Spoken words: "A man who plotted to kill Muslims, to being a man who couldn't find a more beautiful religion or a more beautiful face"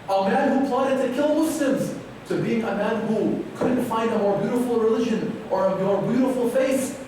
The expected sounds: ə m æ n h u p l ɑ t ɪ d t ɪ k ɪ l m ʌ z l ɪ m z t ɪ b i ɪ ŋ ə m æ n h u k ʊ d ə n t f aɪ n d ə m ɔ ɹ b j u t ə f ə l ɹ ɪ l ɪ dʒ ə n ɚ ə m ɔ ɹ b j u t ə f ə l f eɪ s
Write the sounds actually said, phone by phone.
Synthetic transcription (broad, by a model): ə m æ n h u p l ɑ t ɪ d t ɪ k ɪ l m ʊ s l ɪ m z t ɪ b i ɪ ŋ ə m æ n h u k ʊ d n t f aɪ n d ə m ɔ ɹ b j u t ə f l ɹ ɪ l ɪ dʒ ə n ɚ ə m ɔ ɹ b j u t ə f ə l f eɪ s